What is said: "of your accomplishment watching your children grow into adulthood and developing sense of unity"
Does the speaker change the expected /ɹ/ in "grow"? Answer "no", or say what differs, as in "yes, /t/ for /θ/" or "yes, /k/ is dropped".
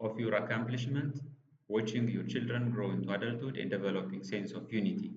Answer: no